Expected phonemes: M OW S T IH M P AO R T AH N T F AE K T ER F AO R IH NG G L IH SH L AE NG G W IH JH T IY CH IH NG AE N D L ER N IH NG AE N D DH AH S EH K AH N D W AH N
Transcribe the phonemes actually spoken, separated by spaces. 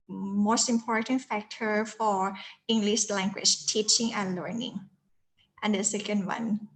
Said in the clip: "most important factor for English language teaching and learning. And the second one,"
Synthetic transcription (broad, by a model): M OW S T IH M P AO R T AH N T F AE K T ER F AO R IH NG G L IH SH L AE NG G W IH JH T IY CH IH NG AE N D L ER N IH NG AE N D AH S EH K AH N D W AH N